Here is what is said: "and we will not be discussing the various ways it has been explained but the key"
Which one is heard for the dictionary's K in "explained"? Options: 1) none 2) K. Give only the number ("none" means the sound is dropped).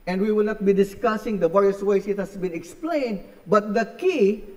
2